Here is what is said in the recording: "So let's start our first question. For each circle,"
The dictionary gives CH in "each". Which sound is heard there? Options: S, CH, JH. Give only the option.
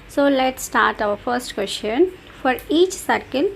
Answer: CH